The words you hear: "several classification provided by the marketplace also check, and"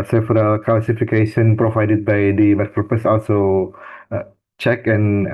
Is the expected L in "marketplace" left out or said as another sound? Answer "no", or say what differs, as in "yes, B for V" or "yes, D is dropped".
yes, L is dropped